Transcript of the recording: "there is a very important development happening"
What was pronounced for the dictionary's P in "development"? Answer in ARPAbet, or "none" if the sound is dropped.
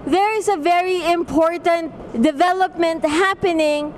P